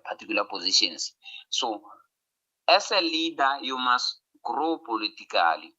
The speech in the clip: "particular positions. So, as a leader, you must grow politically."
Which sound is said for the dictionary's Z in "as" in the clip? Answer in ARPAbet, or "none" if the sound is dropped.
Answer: S